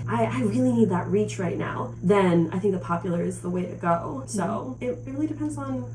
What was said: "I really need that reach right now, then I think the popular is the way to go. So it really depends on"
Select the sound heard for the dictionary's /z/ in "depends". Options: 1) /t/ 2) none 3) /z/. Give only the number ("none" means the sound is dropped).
3